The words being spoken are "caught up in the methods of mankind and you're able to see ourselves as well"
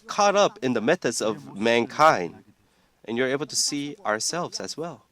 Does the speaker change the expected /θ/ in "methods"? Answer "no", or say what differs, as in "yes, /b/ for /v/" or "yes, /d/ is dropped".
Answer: no